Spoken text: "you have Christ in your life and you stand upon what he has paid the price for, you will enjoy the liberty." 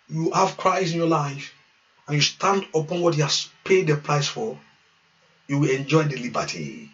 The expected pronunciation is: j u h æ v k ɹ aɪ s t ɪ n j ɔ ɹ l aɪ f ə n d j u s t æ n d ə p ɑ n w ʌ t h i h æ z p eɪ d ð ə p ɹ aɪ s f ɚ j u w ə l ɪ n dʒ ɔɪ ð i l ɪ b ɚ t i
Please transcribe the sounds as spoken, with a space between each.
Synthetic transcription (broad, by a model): j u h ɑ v k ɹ aɪ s ɪ n j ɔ l aɪ f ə n j u s t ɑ n d ə p ɑ n w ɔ t h i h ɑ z p eɪ d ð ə p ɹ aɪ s f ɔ j u w ə l ɪ n dʒ ɔɪ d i l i b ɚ t i